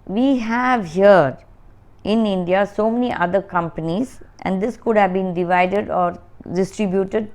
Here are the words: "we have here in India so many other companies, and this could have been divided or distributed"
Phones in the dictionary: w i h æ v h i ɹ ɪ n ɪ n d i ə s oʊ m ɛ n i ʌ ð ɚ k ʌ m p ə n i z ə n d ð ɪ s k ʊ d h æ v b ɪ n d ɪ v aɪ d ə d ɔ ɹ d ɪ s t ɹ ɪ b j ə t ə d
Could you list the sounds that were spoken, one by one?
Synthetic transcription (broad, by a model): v i h æ v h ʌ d ɪ n ɪ n d i ə s oʊ m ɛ n i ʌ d ɚ k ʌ m p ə n i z ə n d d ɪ s k ʊ d h æ v b ɪ n d ɪ v aɪ d ə d ɔ ɹ d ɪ s t ɹ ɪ b j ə t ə d